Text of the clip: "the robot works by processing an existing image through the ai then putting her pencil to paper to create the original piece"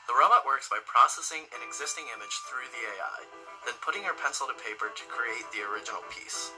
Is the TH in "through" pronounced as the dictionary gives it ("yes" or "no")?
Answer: yes